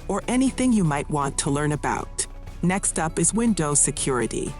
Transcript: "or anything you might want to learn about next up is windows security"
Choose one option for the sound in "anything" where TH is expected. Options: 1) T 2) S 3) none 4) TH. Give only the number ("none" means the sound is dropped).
4